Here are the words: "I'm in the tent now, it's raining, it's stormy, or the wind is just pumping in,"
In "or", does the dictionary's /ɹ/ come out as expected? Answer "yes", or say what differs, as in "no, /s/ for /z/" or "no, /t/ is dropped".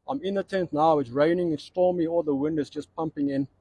no, /l/ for /ɹ/